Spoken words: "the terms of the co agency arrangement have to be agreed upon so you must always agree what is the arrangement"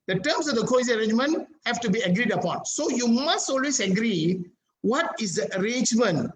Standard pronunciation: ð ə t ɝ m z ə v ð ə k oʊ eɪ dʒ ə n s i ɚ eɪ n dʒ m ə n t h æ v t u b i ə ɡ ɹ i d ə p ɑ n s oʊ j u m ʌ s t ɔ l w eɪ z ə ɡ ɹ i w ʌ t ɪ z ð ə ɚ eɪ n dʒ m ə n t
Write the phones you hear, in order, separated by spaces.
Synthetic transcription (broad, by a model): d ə t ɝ m s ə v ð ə k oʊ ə s i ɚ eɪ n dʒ m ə n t h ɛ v t u b i ə ɡ ɹ i d ə p ɑ n s oʊ j u m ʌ s t ɔ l w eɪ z ə ɡ ɹ i w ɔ t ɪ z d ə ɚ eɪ n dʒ m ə n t